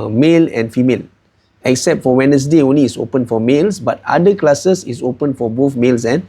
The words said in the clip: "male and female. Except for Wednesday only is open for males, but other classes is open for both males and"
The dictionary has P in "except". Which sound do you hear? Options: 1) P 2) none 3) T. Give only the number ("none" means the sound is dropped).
1